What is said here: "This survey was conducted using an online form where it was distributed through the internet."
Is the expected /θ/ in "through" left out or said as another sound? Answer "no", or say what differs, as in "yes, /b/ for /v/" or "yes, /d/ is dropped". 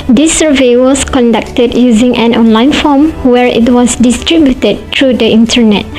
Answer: yes, /t/ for /θ/